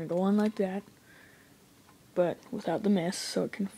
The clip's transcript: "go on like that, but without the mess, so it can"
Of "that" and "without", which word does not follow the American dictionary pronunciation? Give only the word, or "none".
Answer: none